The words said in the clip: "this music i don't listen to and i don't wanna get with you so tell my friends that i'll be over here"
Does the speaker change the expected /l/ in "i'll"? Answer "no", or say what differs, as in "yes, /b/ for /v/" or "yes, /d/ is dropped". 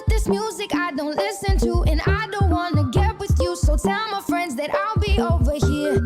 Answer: no